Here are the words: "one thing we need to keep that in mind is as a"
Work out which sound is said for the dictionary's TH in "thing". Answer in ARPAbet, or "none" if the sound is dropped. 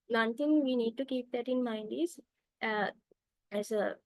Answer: T